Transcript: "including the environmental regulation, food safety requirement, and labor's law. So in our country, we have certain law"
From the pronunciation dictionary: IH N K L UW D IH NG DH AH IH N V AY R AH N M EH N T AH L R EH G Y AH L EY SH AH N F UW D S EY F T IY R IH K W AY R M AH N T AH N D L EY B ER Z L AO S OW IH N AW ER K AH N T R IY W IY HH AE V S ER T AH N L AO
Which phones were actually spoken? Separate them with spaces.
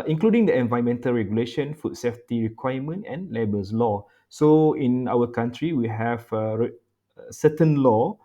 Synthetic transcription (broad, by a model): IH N K L UW D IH NG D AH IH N V AY AH M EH N T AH L R EH G Y AH L EY SH AH N F UW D S EY F T IY R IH K W AY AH M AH N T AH N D L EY B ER S L AO S OW IH N AW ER K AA N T R IY W IY HH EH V S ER T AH N L AO